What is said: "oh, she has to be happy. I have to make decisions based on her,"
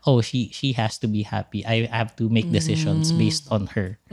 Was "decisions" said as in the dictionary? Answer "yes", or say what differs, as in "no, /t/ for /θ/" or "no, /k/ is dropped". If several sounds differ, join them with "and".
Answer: no, /ʃ/ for /ʒ/ and /s/ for /z/